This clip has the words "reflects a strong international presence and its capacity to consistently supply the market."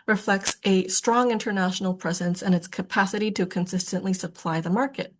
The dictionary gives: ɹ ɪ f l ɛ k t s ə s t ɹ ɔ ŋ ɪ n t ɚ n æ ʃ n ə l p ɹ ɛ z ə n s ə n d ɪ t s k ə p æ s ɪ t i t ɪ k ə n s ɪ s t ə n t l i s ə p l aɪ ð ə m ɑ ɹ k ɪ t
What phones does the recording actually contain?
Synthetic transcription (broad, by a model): ɹ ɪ f l ɛ k t s ə s t ɹ ɔ ŋ ɪ n t ɚ n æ ʃ n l p ɹ ɛ z ə n s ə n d ɪ t s k ə p æ s ɪ t i t ɪ k ə n s ɪ s t ə n t l i s ə p l aɪ ð ə m ɑ ɹ k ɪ t